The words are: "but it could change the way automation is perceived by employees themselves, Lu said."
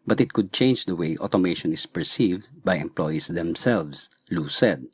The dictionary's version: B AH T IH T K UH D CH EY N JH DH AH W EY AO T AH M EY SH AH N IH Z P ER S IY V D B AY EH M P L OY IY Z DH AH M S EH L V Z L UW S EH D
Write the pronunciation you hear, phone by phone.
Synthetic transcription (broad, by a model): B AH T IH T K UH D CH EY N JH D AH W EY AO T AH M EY SH AH N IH S P ER S IY V D B AY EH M P L OY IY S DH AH M S EH L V S L UW S EH D